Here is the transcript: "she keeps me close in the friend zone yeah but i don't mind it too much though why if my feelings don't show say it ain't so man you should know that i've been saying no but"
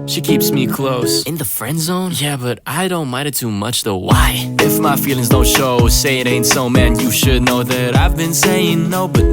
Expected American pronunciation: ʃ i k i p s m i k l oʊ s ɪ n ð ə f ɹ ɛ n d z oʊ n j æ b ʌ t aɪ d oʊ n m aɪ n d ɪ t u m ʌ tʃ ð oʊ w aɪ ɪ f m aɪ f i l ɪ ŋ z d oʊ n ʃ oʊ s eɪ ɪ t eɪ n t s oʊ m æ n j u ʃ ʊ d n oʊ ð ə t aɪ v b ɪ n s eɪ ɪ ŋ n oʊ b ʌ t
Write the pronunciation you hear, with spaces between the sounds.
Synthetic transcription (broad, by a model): ʃ i k i p s m i k l oʊ s ɪ n ð ə f ɹ ɛ n d z oʊ n j æ b ʌ t aɪ d oʊ n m aɪ d ɪ t u m ʌ tʃ ð oʊ w aɪ ɪ f m aɪ f i l ɪ ŋ z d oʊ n ʃ oʊ s eɪ ɪ t eɪ n t s oʊ m æ n j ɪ ʃ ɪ d n oʊ ð ə t aɪ v b ɪ n s eɪ ɪ ŋ n oʊ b ʌ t